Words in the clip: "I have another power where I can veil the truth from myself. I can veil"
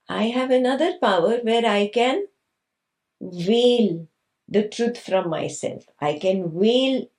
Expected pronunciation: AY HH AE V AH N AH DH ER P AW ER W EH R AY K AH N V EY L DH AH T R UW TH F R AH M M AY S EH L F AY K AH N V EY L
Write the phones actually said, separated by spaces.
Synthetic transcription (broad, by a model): AY HH AE V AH N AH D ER P AW ER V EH R AY K AH N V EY L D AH T R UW T F R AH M M AY S EH L F AY K AH N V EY L